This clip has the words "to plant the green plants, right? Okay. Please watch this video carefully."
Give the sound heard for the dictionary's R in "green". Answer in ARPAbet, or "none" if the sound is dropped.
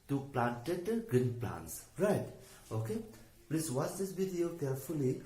none